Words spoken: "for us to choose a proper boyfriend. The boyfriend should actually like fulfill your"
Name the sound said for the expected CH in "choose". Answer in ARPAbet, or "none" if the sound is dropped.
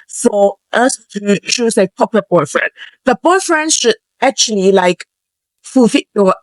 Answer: SH